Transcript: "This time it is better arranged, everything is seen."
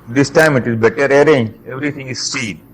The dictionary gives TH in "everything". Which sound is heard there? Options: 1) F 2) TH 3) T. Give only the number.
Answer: 3